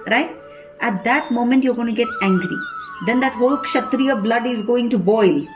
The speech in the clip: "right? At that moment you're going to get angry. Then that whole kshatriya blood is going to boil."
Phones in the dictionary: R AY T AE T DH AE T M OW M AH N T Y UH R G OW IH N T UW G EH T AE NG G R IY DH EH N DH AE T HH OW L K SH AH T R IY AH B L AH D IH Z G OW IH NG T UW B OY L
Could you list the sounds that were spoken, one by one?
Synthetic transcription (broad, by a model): R AY T AE T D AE T M OW M AH N T Y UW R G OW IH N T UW G EH T AE NG G R IY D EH N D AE T HH OW L K SH AH T R IY AH B L AH D IH Z G OW IH NG T UW B OY L